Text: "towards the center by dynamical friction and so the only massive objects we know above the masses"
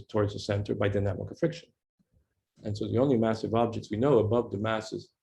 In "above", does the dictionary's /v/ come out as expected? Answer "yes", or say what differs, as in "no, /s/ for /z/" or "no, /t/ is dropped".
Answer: yes